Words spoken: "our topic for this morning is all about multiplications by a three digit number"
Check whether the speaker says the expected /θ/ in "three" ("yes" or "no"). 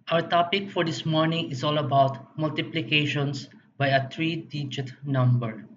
no